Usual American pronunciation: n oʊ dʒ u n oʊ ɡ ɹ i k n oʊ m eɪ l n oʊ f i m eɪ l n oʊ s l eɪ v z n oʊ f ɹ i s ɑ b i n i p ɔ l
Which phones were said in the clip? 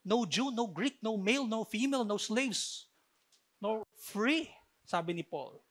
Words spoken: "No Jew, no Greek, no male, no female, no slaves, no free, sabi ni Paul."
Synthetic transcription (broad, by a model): n oʊ dʒ u n oʊ ɡ ɹ i k n oʊ m eɪ l n oʊ f i m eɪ l n oʊ s l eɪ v s n oʊ f ɹ i s ɑ b i n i p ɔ l